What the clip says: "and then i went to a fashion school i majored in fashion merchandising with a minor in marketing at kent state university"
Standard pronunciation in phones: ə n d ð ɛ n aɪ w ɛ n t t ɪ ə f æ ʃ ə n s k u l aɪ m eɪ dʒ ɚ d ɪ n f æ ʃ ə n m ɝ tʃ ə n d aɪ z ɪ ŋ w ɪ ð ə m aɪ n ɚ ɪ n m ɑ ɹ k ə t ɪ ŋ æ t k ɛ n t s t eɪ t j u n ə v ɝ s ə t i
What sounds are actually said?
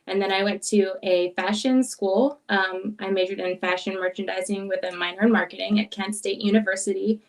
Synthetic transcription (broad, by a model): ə n ð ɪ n aɪ w ɛ n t t ɪ ə f æ ʃ ə n s k u l aɪ m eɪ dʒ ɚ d ɪ n f æ ʃ ə n m ɝ tʃ ə n d aɪ z ɪ ŋ w ɪ ð ə m aɪ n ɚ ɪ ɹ m ɑ ɹ k ə t ɪ ŋ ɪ t k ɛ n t s t eɪ t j u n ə v ɝ s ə t i